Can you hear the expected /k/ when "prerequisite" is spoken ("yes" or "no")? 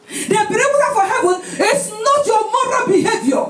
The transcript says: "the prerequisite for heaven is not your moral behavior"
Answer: no